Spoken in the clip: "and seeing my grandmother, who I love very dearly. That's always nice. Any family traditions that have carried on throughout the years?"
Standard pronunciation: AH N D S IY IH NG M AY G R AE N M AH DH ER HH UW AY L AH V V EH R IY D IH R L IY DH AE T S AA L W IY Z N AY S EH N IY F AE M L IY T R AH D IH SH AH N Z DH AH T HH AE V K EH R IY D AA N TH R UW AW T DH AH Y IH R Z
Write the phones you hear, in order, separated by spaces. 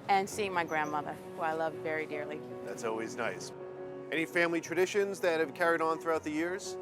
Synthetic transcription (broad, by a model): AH N S IY IH NG M AY G R AE N M AH DH ER HH UW AY L AH V V EH R IY D IH R L IY DH AE T S AA L W IY Z N AY S EH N IY F AE M L IY T R AH D IH SH AH N Z DH AH T HH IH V K EH R IY D N TH R UW AW T DH AH Y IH R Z